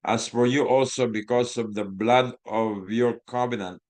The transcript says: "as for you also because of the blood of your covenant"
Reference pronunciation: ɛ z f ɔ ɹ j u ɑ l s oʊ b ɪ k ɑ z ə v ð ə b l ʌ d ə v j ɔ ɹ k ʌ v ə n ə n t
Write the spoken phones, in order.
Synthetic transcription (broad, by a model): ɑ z f ɔ ɹ j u ɑ l s oʊ b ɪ k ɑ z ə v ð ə b l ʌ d ə v j ɔ ɹ k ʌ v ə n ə n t